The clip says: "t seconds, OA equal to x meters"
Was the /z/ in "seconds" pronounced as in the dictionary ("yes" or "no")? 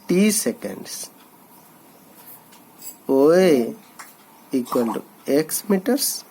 no